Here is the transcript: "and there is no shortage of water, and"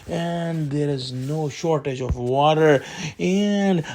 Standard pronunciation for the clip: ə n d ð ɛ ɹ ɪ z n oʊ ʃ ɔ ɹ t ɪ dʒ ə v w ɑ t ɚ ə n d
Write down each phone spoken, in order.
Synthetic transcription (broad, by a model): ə n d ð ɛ ɹ ɪ z n oʊ ʃ ɔ ɹ t ɪ dʒ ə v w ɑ t ɚ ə n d